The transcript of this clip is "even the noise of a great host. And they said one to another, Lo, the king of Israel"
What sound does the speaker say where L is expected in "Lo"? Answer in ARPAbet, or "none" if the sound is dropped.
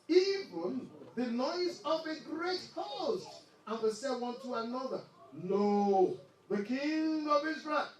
N